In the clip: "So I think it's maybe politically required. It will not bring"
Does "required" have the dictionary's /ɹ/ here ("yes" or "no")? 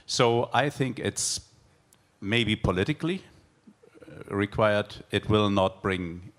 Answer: yes